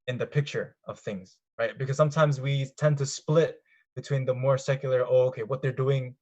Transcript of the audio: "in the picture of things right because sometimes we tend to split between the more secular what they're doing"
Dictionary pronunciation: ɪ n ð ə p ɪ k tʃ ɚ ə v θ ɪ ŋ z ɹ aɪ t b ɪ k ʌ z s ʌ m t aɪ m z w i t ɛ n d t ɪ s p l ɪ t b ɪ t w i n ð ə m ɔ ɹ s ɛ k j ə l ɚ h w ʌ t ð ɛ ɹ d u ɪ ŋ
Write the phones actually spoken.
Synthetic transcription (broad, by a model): ɪ n ð ə p ɪ k tʃ ɚ ə v θ ɪ ŋ z ɹ aɪ t b ɪ k ʌ z s ʌ m t aɪ m z w i t ɛ n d t ɪ s p l ɪ t b ɪ t w i n ð ə m ɔ ɹ s ɛ k j l ɚ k w ʌ t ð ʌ ɹ d u ɪ ŋ